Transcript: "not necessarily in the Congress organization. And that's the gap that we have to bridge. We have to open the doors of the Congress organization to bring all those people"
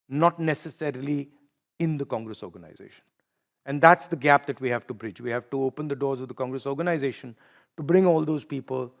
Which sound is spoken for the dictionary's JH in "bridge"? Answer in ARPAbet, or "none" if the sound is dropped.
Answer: JH